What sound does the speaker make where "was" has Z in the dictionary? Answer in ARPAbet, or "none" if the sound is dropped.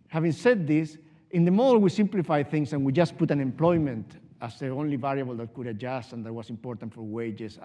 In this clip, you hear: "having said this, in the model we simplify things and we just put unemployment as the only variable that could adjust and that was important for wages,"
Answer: S